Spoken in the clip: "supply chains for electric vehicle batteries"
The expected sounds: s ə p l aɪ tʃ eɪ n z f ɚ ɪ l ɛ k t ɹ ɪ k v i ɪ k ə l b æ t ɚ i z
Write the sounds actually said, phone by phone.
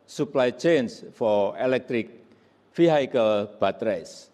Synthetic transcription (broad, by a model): s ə p l aɪ tʃ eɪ n s f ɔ ɪ l ɛ k t ɹ ɪ k f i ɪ k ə l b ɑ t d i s